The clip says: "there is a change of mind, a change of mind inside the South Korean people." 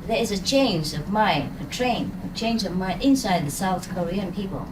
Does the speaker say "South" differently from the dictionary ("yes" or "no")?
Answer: no